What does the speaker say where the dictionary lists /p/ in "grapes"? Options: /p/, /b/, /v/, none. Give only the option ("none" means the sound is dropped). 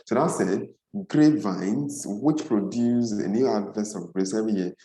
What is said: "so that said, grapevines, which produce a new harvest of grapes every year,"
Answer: none